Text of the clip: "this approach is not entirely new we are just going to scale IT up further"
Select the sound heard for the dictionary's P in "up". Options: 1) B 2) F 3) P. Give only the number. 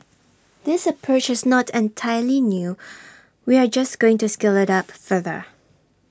3